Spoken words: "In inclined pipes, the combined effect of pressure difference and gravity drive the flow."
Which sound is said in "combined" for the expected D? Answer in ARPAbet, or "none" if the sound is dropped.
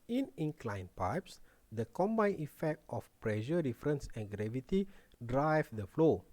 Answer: none